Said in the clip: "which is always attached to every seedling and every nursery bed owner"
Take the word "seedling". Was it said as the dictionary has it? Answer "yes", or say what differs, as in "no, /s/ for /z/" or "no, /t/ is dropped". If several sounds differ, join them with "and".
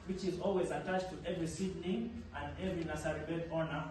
no, /n/ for /l/